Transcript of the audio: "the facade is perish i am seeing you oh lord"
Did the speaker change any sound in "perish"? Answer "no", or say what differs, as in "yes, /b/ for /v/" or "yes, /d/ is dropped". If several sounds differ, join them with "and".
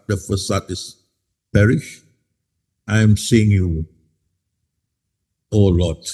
no